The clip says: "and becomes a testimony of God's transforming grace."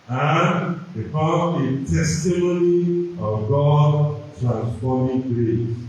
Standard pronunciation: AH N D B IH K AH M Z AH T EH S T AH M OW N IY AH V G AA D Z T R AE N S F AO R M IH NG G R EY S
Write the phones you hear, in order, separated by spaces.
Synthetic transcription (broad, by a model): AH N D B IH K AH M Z AH T EH S T AH M OW N IY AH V G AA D T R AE N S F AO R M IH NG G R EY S